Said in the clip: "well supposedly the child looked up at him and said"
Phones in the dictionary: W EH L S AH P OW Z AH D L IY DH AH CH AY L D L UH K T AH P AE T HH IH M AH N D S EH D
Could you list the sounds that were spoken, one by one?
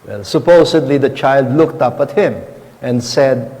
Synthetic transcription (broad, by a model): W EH L S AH P OW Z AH D L IY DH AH CH AY L D L UH K T AH P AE T HH IH M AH N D S EH D